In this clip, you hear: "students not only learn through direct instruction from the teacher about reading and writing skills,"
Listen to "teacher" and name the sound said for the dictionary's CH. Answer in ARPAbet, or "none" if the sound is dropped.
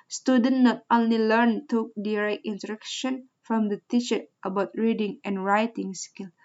SH